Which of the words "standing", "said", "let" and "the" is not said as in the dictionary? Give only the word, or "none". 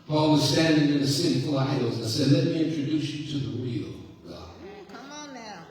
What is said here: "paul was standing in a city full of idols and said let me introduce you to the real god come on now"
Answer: none